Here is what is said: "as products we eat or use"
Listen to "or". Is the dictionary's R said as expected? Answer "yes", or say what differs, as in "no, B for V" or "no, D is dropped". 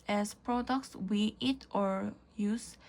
yes